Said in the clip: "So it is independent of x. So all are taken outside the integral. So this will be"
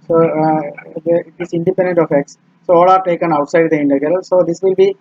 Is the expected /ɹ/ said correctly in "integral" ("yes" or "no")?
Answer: no